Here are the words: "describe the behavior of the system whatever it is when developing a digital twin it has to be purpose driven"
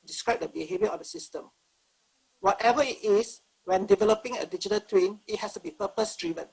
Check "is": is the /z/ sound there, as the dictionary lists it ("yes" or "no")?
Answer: no